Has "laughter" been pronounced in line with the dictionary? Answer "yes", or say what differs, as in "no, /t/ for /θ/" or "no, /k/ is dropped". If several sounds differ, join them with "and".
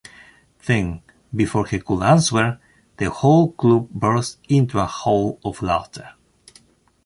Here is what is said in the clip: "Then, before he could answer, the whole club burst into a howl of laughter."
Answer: no, /f/ is dropped